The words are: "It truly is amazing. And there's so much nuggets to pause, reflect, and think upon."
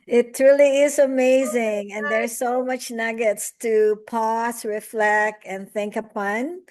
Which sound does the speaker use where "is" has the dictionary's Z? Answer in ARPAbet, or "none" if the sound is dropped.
Z